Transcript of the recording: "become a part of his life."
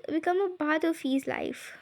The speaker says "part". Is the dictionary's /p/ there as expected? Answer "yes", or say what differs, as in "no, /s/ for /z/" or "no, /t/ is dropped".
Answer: no, /b/ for /p/